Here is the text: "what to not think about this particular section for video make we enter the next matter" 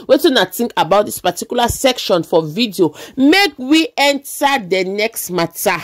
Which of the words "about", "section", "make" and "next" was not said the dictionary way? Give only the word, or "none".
none